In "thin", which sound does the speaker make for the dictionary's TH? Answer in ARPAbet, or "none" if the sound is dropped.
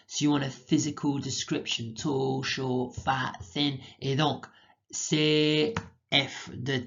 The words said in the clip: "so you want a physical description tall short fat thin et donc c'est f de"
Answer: TH